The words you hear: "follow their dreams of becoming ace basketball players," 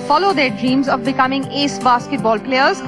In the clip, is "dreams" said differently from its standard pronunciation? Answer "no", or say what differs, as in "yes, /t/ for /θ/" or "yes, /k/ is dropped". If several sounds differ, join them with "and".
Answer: no